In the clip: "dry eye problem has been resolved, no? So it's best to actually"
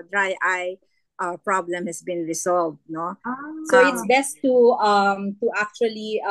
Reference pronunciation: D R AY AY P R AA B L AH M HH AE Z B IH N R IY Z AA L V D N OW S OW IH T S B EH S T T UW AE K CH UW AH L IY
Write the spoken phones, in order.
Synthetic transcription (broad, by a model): D R AY AY P R AA B L AH M HH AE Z B IH N R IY S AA L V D N OW S OW IH T S B EH S T T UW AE K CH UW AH L IY